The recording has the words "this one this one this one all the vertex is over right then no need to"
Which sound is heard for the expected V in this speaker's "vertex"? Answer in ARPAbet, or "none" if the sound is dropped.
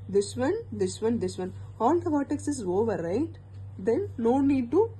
B